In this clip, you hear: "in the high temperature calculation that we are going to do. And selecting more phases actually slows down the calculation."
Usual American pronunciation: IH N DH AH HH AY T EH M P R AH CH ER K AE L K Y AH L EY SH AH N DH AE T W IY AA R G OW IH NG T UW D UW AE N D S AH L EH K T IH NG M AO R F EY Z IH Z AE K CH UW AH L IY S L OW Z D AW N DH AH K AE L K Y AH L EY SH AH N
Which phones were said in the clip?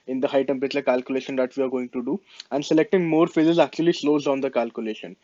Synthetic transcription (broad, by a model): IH N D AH HH AY T EH M P R AH CH ER K AE L K Y AH L EY SH AH N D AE T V IY AA R G OW IH NG T UW D UW AE N D S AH L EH K T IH NG M AO R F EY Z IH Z AE K CH UW AH L IY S L OW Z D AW N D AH K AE L K Y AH L EY SH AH N